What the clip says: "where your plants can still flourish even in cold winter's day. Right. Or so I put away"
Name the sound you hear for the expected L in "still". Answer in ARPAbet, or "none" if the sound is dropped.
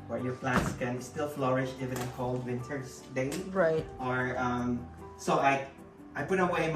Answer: L